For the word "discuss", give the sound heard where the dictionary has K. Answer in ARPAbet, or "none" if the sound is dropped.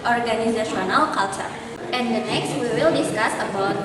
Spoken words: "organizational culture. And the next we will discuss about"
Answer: K